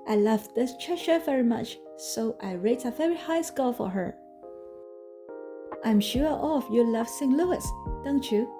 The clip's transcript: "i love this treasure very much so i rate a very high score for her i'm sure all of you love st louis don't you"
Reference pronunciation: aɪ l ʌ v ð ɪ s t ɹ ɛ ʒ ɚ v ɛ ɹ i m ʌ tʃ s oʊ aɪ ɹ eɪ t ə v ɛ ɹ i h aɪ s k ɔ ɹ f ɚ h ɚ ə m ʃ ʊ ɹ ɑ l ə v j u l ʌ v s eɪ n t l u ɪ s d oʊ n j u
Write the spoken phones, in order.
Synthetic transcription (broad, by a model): aɪ l ʌ v ð ɪ s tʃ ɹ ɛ ʃ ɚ v ɛ ɹ i m ʌ tʃ s oʊ aɪ ɹ eɪ t ə v ɛ ɹ i h aɪ s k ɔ l f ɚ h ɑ ə m ʃ ʊ ɹ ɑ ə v j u l ʌ v s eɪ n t l u ɪ s d oʊ n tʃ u